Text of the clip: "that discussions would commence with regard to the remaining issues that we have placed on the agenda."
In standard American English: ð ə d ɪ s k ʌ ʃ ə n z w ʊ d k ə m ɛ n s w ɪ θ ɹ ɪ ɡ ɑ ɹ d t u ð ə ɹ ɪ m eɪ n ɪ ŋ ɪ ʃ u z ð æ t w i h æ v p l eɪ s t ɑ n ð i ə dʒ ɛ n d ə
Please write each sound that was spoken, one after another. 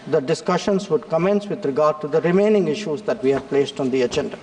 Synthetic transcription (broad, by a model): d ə d ɪ s k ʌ ʃ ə n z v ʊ d k ə m ɛ n s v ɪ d ɹ ɪ ɡ ɑ ɹ d t u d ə ɹ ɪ m eɪ n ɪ ŋ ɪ ʃ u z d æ t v i h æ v p l eɪ s t ɑ n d i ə dʒ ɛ n d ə